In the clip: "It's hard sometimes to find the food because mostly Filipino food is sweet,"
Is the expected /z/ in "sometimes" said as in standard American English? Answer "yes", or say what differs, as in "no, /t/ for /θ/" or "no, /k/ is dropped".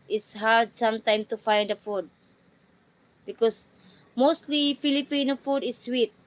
no, /z/ is dropped